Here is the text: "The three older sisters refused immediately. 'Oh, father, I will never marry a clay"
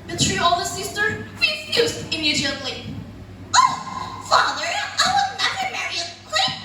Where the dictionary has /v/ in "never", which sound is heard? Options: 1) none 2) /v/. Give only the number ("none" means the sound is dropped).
1